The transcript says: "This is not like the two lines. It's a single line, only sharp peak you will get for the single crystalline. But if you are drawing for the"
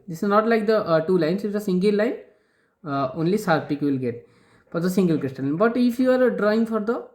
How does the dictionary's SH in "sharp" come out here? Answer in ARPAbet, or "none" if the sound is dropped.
S